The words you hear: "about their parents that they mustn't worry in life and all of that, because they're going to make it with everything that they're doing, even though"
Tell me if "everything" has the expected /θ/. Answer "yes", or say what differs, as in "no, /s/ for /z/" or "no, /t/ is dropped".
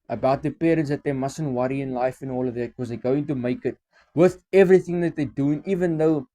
yes